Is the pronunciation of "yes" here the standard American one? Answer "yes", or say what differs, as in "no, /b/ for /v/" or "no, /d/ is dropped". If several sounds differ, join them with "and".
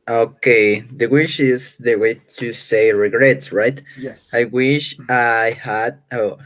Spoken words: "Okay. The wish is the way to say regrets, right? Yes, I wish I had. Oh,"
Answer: no, /s/ is dropped